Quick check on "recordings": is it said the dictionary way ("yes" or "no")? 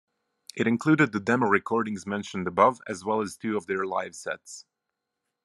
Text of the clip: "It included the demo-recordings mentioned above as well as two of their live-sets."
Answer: yes